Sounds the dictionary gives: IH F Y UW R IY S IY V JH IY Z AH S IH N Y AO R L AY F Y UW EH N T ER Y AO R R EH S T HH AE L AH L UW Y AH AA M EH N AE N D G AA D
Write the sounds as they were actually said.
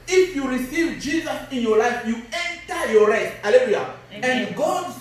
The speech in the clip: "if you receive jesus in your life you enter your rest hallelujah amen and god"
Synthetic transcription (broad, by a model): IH F Y UW R IY S IY V JH IY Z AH S IH N Y AO L AY F Y UW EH N T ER Y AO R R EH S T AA L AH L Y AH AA EH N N G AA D